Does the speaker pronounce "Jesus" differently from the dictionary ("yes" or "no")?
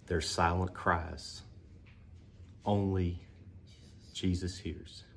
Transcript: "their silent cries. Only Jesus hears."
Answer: no